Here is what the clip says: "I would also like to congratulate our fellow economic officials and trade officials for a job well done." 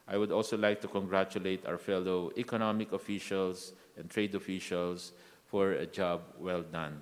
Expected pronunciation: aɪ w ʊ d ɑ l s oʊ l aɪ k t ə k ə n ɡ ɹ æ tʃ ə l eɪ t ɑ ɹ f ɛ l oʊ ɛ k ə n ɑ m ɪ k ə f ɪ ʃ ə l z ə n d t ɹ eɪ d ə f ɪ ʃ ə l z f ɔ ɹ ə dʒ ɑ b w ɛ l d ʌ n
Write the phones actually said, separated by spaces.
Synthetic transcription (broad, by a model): aɪ w ʊ d ɑ l s oʊ l aɪ k t ə k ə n ɡ ɹ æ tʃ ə l eɪ t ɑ w f ɛ l oʊ ɛ k ə n ɑ m ɪ k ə f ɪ ʃ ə l s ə n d t ɹ eɪ d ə f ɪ ʃ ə l s f ɔ ɹ ə dʒ ɑ b w ɛ l d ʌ n